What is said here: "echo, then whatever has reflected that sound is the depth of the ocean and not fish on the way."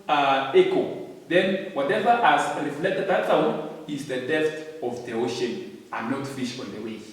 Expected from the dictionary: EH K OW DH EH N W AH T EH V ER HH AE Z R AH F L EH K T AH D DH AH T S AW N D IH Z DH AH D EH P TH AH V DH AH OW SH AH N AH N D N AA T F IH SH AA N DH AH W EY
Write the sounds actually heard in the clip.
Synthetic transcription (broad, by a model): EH K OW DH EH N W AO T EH V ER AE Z R AH F L EH K T AH D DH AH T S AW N IH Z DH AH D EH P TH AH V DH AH OW SH AH N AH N N AA T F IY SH AA N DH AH W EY